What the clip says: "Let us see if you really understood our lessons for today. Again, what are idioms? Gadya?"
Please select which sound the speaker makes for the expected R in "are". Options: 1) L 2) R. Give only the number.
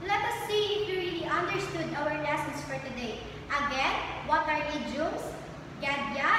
2